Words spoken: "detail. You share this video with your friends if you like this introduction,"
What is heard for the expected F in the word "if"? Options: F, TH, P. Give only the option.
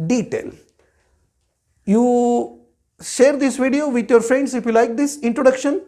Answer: F